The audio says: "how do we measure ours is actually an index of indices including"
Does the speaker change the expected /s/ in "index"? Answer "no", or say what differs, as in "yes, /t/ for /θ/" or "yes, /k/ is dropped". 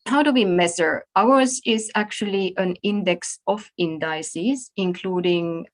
no